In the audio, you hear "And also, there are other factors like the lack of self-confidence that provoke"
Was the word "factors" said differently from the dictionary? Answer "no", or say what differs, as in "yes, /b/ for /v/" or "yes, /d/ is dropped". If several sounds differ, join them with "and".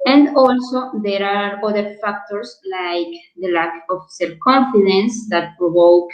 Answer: yes, /s/ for /z/